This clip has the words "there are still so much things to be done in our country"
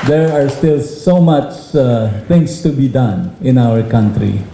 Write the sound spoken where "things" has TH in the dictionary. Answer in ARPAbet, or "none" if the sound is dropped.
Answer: T